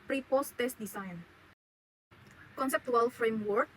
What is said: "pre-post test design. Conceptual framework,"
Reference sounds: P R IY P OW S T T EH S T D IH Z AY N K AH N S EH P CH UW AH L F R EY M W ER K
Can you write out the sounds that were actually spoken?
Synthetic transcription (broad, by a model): P R IY P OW S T T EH S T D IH S AY N K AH N S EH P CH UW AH L F R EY M W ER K